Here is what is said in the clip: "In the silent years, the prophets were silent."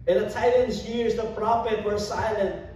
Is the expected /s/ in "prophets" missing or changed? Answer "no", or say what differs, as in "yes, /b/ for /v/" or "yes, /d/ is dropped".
yes, /s/ is dropped